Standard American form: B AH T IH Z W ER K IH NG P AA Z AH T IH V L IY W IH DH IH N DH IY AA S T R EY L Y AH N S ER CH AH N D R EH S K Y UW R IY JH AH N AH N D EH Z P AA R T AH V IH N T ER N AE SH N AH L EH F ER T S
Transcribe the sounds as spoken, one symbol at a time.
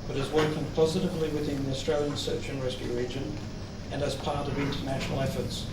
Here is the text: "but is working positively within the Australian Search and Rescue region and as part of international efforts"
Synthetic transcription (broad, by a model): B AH T IH Z W ER K IH NG P AA Z AH T IH V L IY W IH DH IH N DH IY AA S T R EY L Y AH N S ER CH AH N R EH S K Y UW R IY JH AH N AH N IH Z P AA R T AH V IH N T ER N AE SH N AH L EH F ER T S